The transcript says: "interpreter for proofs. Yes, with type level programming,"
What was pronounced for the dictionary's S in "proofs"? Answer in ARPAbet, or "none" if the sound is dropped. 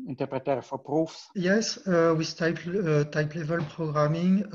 S